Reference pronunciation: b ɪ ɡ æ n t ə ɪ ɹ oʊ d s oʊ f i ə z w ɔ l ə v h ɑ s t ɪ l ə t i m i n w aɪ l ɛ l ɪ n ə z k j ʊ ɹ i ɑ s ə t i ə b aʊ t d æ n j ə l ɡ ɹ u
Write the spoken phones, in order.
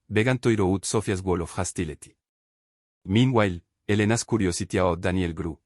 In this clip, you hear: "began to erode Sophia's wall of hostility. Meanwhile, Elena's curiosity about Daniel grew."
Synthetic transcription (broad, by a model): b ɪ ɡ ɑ n t ə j ɹ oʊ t s oʊ f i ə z w ɔ l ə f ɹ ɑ s t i l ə t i m i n w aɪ l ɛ l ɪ n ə s k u ɹ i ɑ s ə t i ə ɔ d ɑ n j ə l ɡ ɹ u